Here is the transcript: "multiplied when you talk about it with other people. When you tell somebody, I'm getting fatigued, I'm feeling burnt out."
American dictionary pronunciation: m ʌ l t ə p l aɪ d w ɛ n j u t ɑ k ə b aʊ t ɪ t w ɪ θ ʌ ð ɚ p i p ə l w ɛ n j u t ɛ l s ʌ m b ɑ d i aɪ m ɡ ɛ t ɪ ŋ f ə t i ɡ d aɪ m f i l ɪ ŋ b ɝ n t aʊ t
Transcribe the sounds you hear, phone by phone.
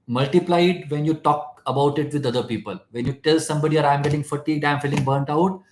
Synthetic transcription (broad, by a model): m ʌ l t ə p l aɪ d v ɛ n j u t ɑ k ə b aʊ t ɪ t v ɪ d ʌ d ɚ p i p ə l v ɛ n j u t ɛ l s ʌ m b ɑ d i aɪ m ɡ ɛ t ɪ ŋ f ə t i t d aɪ m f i l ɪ ŋ b ɝ n t aʊ t